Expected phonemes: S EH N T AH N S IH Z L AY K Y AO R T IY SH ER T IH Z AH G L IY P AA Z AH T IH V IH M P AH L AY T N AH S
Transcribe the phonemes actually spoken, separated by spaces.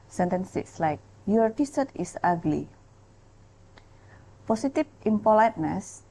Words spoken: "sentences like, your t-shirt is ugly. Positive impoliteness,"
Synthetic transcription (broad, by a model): S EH N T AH N S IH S L AY K Y AO R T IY S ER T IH S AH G L IY P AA S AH T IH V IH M P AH L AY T N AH S